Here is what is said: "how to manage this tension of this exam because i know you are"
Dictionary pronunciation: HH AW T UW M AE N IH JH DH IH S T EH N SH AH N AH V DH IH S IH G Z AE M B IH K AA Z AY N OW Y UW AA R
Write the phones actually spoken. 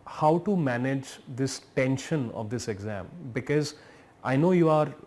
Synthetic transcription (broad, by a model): HH AW T UW M AE N IH JH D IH S T EH N SH AH N AH V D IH S IH G Z AE M B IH K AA Z AY N OW Y UW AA R